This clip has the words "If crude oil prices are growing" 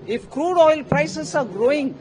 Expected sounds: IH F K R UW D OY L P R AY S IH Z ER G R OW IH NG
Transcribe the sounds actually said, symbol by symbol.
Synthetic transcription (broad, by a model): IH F K R UW D OY L P R AY S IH S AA G R OW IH NG